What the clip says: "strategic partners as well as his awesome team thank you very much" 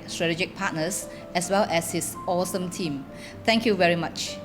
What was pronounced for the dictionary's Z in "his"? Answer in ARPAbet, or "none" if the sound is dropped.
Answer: S